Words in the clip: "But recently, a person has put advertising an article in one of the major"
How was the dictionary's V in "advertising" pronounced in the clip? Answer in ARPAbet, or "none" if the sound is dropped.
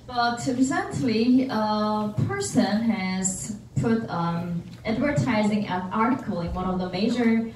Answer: V